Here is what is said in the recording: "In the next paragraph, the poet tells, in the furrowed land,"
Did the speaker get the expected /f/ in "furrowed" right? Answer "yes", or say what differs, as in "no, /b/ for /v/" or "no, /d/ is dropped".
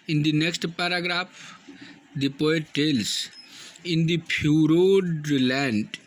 no, /p/ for /f/